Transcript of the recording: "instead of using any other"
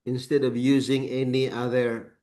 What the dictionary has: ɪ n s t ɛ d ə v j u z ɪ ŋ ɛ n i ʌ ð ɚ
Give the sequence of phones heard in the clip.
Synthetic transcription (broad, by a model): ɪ n s t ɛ d ə v j u z ɪ ŋ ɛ n i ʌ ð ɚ